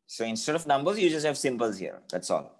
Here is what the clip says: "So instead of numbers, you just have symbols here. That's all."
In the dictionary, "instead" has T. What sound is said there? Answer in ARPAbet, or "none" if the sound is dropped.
T